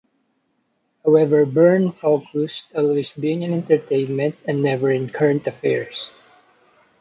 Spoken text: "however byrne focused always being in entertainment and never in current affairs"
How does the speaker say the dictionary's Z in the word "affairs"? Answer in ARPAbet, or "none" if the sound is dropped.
S